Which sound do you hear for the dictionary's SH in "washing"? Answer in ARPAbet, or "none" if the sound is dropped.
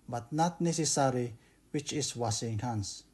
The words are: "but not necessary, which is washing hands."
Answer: S